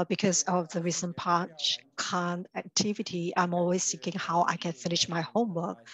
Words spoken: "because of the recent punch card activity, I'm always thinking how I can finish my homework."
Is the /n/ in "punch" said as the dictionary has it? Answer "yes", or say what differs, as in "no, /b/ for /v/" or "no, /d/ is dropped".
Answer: no, /n/ is dropped